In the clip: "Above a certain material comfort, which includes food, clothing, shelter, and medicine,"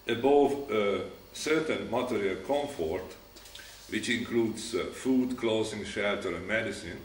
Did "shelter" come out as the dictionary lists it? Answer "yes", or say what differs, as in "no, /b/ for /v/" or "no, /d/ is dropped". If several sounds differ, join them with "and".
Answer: yes